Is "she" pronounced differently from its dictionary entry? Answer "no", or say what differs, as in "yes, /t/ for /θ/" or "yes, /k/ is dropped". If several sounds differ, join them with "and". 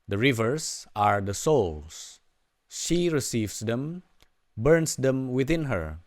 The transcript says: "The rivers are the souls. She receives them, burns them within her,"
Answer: no